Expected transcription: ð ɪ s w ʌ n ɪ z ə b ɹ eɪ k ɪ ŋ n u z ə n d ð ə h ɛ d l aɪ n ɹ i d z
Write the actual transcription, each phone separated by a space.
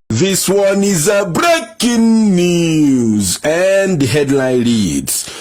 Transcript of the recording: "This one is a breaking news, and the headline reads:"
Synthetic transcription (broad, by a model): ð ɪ s w ʌ n ɪ z ə b ɹ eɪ k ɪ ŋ n u z ə n d h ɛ d l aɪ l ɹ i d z